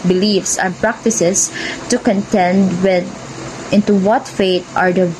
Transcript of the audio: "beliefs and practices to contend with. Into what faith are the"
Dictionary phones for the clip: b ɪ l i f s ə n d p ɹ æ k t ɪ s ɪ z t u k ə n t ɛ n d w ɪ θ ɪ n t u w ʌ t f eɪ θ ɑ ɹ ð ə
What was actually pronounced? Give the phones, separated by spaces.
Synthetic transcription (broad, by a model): b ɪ l i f s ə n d p ɹ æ k t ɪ s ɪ s t u k ə n t ɛ n d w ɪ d ɪ n t u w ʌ t f eɪ t ɑ ɹ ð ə